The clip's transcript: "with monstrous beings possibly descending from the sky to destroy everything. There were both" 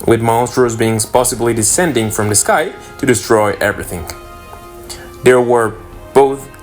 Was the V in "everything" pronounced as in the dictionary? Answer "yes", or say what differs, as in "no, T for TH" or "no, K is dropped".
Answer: yes